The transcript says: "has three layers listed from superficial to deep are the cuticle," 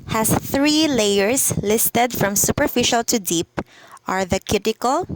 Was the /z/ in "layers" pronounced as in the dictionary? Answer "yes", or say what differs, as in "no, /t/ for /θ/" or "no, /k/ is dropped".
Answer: no, /s/ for /z/